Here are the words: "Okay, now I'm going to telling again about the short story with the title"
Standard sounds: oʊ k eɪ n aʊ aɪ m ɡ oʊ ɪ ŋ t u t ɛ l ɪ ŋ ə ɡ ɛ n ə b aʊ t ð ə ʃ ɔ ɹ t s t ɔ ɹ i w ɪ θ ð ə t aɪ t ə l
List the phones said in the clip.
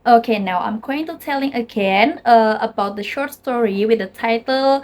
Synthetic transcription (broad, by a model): oʊ k eɪ n aʊ aɪ m ɡ oʊ ɪ ŋ t u t ɛ l ɪ ŋ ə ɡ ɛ n ə b aʊ t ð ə ʃ ɔ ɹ t s t ɔ ɹ i w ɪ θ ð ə t aɪ t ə l